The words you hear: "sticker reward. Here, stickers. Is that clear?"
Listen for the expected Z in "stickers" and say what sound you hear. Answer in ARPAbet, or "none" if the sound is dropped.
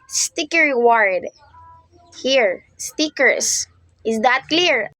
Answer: S